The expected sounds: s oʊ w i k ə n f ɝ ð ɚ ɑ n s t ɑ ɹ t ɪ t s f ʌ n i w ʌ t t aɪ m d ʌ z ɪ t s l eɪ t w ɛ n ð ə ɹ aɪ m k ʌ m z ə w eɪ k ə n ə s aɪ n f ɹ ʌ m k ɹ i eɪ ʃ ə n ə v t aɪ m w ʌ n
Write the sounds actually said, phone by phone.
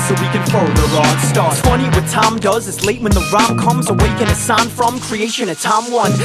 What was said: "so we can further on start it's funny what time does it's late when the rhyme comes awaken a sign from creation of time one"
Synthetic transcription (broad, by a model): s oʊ w i k ə n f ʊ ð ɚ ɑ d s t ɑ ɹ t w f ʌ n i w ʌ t t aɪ m d ʌ z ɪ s l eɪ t w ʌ n ð ə ɹ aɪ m k ʌ m z ə w eɪ k ə n ə s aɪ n f ɹ ʌ m k ɹ i eɪ ʃ ə n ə t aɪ m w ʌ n